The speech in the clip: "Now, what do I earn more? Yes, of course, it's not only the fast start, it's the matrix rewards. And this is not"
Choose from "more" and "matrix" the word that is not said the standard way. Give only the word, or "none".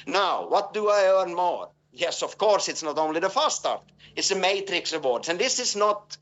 none